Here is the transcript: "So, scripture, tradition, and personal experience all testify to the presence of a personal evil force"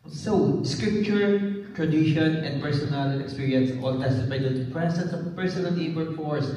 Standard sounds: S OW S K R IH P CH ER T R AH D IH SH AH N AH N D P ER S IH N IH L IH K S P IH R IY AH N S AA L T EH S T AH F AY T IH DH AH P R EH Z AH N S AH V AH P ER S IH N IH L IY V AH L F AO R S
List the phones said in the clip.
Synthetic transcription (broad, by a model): S OW S K R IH P CH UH T R AH D IH SH AH N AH N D P ER S IH N IH L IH K S P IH R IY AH N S AA L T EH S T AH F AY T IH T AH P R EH S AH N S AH AH P ER S IH N IH L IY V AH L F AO R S